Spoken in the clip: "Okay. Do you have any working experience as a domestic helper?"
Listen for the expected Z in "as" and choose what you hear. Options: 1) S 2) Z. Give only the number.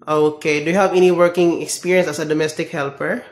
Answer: 1